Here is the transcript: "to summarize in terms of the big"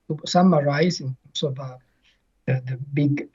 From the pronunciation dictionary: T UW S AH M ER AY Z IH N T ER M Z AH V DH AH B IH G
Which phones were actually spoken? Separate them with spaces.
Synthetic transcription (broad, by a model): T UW S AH M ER AY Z IH N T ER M S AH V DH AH B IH G